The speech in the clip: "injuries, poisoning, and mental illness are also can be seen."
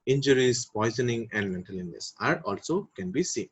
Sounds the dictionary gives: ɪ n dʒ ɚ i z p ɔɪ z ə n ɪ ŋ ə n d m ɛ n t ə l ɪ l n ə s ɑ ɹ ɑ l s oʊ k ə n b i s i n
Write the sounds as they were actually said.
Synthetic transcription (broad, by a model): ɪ n dʒ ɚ i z p ɔɪ z ə n ɪ ŋ ə n d m ɛ n t ə l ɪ n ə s ɑ ɹ ɑ l s oʊ k ə n b i s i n